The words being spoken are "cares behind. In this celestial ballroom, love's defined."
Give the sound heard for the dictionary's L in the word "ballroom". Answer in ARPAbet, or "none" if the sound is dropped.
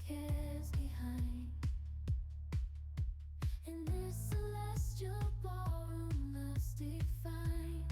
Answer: none